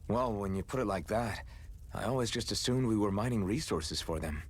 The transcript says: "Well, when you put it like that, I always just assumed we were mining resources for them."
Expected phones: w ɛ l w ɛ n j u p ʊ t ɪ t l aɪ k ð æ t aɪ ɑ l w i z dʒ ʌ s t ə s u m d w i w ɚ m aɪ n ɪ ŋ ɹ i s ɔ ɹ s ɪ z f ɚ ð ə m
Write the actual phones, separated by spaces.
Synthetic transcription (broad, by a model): w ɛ l w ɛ n j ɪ p ʊ t ɪ t l aɪ k ð æ t aɪ ɑ l w i z dʒ ʌ s t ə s u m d w i w ɚ m aɪ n ɪ ŋ ɹ i s ɔ ɹ s ɪ z f ɚ ð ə m